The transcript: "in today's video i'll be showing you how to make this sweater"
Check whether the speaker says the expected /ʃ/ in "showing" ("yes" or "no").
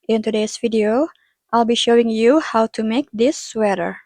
yes